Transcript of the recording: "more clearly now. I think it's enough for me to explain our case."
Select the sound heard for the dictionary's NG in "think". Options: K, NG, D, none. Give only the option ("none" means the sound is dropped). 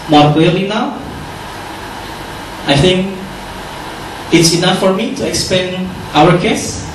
NG